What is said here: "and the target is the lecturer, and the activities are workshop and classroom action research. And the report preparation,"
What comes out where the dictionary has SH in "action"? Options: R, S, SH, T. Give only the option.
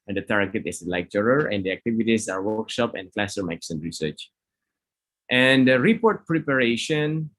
S